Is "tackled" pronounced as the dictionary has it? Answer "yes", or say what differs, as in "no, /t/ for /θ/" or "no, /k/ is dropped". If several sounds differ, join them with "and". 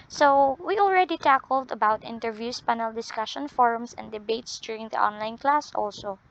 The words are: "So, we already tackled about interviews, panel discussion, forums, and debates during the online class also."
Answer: yes